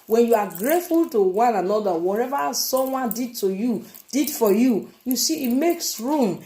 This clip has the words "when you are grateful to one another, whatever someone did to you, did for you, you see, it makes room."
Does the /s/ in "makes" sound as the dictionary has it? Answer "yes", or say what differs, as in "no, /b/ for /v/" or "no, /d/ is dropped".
yes